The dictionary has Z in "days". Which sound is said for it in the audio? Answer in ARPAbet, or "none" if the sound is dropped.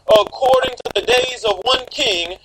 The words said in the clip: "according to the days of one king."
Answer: Z